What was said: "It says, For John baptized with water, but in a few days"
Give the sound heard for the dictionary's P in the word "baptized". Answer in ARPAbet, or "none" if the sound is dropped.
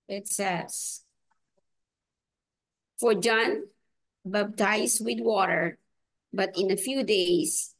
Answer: B